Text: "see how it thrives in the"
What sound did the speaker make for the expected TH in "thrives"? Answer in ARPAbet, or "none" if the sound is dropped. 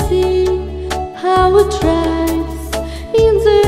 T